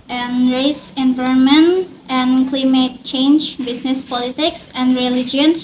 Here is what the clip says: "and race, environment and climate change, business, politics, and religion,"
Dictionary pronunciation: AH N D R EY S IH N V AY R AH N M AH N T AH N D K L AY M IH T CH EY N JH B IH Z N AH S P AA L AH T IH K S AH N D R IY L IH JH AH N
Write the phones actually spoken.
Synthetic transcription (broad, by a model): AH N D R EY S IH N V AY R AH N M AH N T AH N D K L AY M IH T CH EY N JH B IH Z N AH S P AA L AH T IH K S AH N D R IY L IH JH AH N